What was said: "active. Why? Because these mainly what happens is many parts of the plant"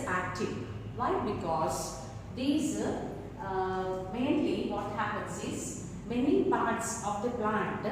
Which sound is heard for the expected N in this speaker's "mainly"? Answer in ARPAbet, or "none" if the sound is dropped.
N